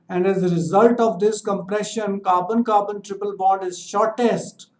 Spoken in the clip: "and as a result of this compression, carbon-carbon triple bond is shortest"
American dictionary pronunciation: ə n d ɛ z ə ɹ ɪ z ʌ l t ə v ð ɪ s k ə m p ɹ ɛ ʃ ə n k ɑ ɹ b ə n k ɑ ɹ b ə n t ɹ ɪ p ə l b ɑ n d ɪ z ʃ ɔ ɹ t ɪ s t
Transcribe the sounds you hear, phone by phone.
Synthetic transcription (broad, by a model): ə n d ɛ z ə ɹ ɪ z ʌ l t ə v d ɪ s k ə m p ɹ ɛ ʃ ə n k ɑ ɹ b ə n k ɑ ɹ b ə n t ɹ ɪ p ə l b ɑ d ɪ z ʃ ɔ ɹ t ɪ s t